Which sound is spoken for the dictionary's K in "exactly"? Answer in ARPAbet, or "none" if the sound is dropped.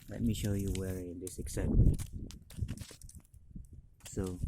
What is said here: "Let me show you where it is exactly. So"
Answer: none